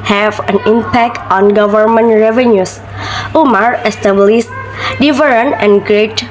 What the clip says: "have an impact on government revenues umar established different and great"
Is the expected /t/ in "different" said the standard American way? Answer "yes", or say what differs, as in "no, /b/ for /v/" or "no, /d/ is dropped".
no, /t/ is dropped